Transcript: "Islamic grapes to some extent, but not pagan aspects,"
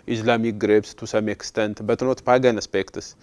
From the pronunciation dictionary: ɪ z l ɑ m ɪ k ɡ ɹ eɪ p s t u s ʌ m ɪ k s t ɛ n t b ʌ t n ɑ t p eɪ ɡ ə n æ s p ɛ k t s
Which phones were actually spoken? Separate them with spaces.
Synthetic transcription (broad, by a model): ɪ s l ɑ m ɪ k ɡ ɹ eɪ b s t u s ʌ m ɪ k s t ɛ n t b ʌ t n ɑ t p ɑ ɡ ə n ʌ s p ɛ k t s